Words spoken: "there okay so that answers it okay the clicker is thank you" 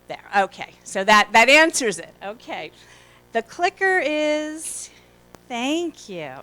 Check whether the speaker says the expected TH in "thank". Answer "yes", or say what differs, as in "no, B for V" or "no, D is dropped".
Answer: yes